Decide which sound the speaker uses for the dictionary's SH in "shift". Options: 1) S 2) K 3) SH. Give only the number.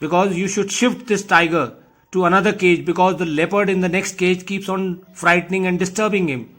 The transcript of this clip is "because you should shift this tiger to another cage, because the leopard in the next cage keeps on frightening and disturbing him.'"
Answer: 3